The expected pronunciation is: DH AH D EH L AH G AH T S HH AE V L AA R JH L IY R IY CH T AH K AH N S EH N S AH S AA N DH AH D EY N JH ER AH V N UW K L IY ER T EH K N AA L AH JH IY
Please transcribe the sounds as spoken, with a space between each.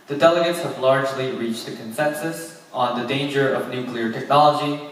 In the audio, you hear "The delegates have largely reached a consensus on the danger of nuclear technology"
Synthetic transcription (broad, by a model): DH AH D EH L AH G AH T S HH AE V L AA R JH L IY R IY CH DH AH K AH N S EH N S AH S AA N DH AH D EY N JH ER AH V N UW K L IY ER T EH K N AA L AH JH IY